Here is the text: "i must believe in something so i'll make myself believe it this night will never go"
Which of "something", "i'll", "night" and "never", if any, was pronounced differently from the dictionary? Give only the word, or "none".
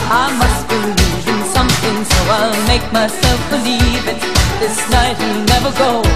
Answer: none